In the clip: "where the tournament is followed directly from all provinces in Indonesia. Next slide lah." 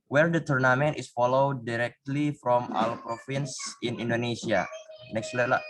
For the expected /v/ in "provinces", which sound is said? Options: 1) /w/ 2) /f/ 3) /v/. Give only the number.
2